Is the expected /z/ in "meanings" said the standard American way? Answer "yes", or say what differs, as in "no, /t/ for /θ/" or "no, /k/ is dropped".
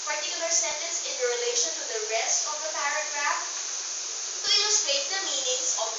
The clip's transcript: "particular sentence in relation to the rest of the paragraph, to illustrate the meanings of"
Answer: no, /s/ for /z/